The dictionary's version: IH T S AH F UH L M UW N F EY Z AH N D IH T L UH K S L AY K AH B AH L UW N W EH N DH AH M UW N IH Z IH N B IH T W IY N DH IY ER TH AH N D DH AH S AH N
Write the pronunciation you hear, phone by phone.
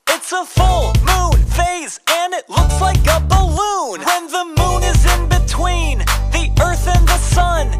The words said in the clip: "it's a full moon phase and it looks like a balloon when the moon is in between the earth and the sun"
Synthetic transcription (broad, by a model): IH T S AH F UH L M UW N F EY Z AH N IH T L UH K S L AY K AH B AH L UW N W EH N DH AH M UW N IH Z IH N B IH T W IY N DH IY ER TH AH N DH AH S AH N